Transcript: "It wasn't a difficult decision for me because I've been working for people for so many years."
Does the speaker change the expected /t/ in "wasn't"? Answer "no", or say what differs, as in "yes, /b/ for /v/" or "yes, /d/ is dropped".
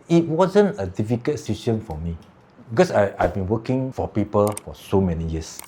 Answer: no